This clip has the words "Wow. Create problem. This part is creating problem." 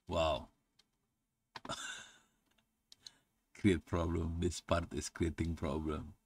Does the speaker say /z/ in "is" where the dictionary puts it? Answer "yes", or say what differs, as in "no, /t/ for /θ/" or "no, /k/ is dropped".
no, /s/ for /z/